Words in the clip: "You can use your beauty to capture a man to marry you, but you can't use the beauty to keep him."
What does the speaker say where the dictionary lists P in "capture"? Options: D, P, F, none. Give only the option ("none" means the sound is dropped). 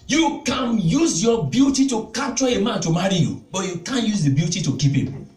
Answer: none